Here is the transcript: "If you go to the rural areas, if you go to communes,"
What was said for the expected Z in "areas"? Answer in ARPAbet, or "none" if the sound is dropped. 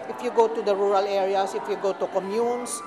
S